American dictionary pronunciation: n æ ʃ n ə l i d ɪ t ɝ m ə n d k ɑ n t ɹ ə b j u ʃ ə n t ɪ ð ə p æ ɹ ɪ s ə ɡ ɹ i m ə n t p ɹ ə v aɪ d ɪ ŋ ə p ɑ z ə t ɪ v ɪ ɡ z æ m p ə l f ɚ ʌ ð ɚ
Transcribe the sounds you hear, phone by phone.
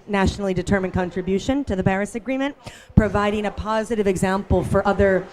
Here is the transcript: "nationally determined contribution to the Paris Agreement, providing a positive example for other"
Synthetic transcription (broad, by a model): n æ ʃ n l i d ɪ t ɝ m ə n k ɑ n t ɹ ə b j u ʃ ə n t ɪ ð ə b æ ɹ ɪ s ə ɡ ɹ i m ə n p ɹ ə v aɪ d ɪ ŋ ə p ɑ z ə t ɪ v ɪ ɡ z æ m p l f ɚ ʌ ð ɚ